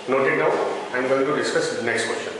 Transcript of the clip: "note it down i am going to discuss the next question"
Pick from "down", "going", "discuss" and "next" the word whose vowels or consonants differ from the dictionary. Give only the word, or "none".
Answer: down